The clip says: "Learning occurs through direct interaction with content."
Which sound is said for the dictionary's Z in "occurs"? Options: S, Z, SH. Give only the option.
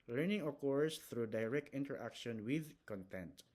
S